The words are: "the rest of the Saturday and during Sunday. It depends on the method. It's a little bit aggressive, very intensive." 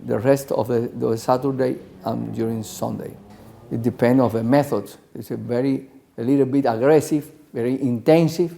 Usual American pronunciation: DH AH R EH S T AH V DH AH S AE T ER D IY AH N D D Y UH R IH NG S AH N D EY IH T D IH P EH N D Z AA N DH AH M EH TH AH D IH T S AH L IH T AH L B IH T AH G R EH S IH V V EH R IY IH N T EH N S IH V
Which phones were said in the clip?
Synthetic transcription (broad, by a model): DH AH R EH S T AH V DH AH S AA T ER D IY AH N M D Y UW R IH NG S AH N D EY IH T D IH P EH N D AA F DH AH M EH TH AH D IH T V AH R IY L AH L B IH T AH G R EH S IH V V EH R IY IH N T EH N S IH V